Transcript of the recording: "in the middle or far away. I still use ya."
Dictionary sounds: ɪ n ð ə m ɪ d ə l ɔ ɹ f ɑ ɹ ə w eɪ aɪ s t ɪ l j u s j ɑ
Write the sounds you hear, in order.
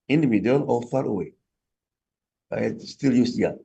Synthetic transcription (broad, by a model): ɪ n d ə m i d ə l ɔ l f ɑ ɹ ə w eɪ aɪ s t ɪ l j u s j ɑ